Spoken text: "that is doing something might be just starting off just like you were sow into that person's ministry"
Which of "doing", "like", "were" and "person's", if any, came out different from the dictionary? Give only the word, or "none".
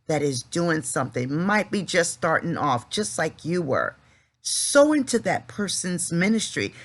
none